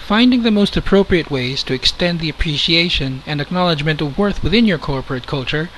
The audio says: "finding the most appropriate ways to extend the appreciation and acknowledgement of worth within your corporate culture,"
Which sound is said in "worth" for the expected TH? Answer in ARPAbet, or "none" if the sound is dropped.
TH